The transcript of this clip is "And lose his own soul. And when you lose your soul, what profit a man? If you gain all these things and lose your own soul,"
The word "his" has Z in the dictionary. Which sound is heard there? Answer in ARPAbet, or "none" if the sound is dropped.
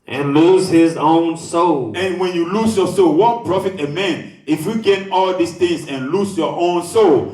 Z